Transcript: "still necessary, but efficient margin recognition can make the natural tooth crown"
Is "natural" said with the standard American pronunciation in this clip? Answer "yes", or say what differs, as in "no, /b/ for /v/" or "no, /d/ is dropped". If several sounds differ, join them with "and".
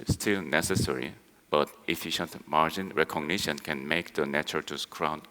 no, /ɹ/ is dropped